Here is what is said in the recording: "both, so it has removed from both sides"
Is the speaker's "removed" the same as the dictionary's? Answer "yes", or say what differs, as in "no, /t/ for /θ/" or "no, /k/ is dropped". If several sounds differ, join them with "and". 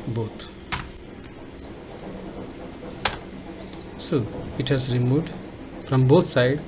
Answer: no, /v/ is dropped